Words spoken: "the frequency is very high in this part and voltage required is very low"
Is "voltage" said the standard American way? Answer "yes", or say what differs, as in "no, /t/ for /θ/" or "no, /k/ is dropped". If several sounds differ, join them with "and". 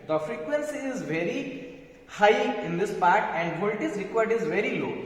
no, /z/ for /dʒ/